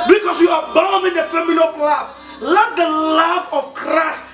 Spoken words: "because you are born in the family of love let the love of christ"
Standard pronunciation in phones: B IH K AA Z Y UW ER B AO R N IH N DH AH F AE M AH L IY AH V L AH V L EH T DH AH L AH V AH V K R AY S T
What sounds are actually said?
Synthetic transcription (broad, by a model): B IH K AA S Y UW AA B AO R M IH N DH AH F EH M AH N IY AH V L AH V L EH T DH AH L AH V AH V K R AY S T